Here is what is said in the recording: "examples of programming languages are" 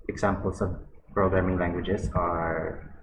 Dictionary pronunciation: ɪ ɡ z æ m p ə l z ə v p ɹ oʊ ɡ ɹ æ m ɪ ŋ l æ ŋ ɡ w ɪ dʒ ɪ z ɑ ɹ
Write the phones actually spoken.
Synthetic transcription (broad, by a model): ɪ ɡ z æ m p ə l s ə v p ɹ oʊ ɡ ɹ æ m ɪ ŋ l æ ŋ ɡ w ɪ dʒ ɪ s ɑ ɹ